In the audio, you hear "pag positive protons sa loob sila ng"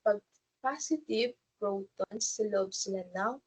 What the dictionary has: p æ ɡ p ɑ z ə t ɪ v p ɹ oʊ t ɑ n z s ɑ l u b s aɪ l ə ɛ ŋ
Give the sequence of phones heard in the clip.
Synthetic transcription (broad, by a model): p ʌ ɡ p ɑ s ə t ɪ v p ɹ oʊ t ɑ n s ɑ l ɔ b s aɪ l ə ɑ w